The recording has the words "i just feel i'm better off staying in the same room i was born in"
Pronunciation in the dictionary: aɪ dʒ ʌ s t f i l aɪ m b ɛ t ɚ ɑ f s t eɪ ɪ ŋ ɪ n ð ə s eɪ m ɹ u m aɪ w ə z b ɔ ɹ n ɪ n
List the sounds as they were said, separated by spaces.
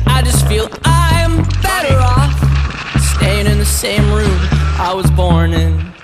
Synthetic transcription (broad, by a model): aɪ dʒ ʌ s t f i l aɪ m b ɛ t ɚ ɑ f s t eɪ ɪ ŋ ɪ n ð ə s eɪ m ɹ u m aɪ w ə z b ɔ ɹ n ɪ n